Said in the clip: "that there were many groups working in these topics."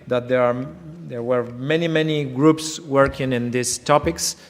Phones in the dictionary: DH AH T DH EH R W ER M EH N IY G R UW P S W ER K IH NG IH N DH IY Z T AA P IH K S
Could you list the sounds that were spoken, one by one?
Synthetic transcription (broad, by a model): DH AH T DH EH R W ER M EH N IY G R UW P S W ER K IH NG IH N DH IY S T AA P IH K S